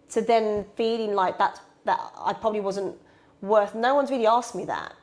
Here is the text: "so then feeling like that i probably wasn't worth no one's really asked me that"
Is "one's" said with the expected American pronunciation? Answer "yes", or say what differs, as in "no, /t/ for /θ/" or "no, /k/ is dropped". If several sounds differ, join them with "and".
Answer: yes